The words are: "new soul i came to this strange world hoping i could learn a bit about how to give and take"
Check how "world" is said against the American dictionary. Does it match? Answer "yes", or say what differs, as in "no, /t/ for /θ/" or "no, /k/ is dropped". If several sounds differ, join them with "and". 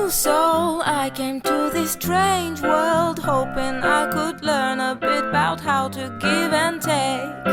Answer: yes